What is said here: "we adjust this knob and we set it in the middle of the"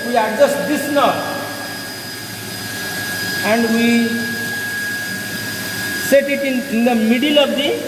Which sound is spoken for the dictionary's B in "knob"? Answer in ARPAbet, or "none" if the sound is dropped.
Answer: none